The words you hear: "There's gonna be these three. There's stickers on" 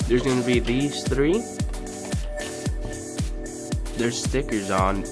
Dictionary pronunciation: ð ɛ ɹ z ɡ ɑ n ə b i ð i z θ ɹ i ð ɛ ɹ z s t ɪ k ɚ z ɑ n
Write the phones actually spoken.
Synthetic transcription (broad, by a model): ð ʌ ɹ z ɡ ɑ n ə b i ð i z θ ɹ i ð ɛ ɹ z s t ɪ k ɚ z n